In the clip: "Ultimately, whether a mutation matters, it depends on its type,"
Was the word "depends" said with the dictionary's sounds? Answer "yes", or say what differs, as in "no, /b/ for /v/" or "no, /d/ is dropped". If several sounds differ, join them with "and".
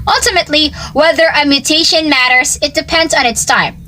yes